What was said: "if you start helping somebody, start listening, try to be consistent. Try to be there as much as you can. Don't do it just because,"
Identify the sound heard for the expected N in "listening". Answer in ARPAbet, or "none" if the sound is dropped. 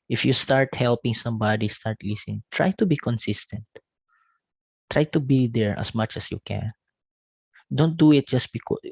none